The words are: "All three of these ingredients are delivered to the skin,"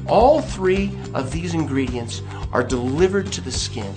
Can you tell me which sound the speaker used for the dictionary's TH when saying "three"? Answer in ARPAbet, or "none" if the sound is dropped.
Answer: TH